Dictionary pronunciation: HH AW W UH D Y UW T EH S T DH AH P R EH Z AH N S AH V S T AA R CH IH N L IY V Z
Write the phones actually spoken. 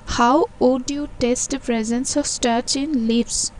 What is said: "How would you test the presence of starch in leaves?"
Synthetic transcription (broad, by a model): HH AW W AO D Y UW T EH S T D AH P R EH Z AH N S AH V S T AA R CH IH N L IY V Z